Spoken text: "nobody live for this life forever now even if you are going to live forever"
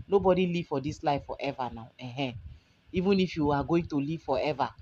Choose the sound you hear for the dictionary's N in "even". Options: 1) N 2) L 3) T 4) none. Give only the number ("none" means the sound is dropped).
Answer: 1